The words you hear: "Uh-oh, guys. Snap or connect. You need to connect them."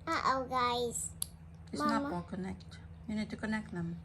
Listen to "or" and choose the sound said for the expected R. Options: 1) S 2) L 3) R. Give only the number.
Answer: 2